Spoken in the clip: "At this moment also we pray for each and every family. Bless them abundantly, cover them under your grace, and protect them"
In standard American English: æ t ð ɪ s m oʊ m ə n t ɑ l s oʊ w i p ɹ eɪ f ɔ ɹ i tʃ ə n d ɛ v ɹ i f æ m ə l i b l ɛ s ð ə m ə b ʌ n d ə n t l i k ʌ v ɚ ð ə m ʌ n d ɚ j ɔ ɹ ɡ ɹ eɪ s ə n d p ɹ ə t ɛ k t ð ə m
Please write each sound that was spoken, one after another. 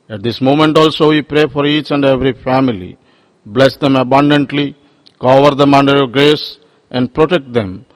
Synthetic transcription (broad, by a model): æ t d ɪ s m oʊ m ə n t ɑ l s oʊ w i p ɹ eɪ f ɔ ɹ i tʃ ə n d ɛ v ɹ i f æ m ə l i b l ɛ s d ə m ə b ʌ n d ə n t l i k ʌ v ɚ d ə m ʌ n d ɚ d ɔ l ɡ ɹ eɪ s ə n d p ɹ ə t ɛ k t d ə m